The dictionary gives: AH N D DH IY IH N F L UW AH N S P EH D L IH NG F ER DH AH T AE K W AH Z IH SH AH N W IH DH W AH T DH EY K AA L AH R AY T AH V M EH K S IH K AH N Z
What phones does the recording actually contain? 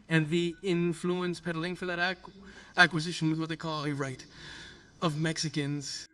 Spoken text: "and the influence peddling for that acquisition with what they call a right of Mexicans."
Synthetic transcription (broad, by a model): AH N DH IY IH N F L UW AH N S P EH D L IH NG F ER DH AH T AE K W AH Z IH SH AH N W IH DH W AH T DH EY K AA L AH R AY T AH V M EH K S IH K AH N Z